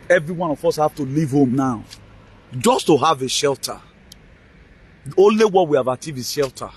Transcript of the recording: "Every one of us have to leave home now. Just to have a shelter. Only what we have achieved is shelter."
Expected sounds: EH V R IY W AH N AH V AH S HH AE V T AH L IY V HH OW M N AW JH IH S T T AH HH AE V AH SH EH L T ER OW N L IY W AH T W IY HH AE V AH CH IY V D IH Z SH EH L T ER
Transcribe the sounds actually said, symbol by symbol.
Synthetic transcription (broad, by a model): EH V R IY W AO N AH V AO S HH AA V T AH L IY V HH OW M N AW JH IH S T T AH HH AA V AH SH EH L T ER OW N L IY W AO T W IY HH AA V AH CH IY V IH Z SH EH L T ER